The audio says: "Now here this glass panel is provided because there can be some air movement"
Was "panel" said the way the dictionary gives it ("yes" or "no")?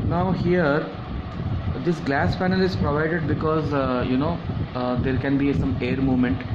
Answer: no